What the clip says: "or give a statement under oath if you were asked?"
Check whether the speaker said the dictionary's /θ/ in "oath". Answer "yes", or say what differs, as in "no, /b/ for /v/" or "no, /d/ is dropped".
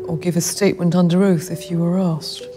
yes